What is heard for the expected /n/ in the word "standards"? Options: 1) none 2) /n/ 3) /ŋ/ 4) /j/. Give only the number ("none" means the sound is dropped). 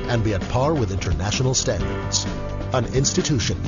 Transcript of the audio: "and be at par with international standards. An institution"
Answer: 2